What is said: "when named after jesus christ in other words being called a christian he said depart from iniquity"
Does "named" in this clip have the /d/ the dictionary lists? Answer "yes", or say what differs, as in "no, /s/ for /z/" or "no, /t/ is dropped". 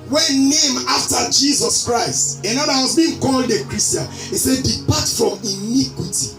no, /d/ is dropped